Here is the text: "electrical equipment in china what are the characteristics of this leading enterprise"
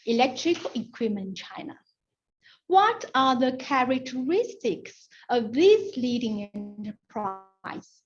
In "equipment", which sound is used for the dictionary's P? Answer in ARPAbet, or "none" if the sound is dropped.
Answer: none